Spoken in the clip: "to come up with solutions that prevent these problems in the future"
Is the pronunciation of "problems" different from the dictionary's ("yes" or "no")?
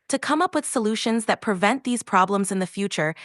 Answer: no